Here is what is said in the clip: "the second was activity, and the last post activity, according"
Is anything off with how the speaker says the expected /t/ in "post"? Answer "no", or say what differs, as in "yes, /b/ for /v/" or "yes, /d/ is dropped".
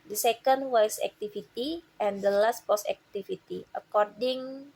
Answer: yes, /t/ is dropped